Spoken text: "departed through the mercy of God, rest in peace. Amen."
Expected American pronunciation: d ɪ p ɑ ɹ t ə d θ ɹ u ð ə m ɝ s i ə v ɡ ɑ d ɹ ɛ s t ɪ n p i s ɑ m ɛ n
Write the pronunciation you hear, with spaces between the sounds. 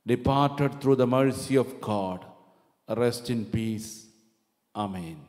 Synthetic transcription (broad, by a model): d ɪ p ɑ ɹ t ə d t ɹ u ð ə m ɝ s i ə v ɡ ɑ d ɹ ɛ s t ɪ n p i s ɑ m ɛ n